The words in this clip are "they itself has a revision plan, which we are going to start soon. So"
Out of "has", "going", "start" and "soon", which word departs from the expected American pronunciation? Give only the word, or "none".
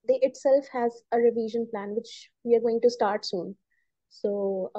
none